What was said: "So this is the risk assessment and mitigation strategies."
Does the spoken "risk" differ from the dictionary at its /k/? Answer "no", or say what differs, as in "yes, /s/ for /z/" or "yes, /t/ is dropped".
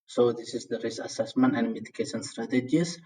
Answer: yes, /k/ is dropped